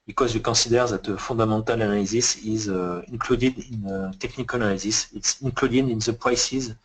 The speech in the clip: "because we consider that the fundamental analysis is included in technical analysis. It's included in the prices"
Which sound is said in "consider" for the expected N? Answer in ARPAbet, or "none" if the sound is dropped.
none